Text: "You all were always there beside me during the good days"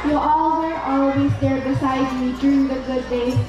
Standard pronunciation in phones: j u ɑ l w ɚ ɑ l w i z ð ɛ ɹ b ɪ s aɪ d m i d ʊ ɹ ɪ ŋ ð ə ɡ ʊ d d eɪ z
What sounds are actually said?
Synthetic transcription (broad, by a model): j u ɑ l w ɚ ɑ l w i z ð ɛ ɹ b ɪ s aɪ d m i d ʊ ɹ ɪ ŋ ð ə ɡ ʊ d d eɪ